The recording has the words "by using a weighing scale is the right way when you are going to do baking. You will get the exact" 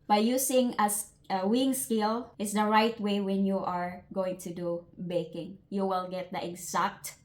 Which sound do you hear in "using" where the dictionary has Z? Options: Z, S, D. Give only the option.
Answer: S